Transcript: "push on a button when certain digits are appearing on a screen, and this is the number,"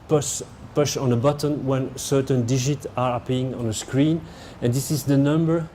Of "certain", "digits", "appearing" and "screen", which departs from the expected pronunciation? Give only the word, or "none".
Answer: appearing